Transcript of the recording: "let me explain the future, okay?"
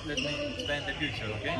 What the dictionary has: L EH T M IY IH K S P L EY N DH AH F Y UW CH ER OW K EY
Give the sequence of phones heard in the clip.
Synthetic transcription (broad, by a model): L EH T M IY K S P EY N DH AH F Y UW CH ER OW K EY